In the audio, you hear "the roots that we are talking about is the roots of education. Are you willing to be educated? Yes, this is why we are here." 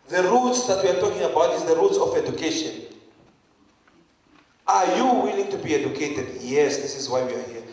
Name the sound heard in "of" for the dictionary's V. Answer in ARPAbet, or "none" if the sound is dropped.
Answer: F